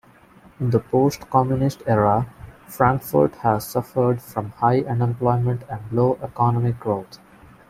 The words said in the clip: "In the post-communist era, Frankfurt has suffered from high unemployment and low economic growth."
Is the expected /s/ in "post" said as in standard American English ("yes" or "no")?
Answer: yes